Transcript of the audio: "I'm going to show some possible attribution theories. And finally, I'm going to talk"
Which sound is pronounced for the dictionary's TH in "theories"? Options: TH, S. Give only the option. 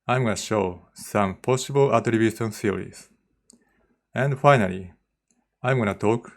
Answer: S